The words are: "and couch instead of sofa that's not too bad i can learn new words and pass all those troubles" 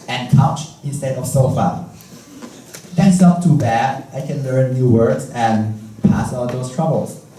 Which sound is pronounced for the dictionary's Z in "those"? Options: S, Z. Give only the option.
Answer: S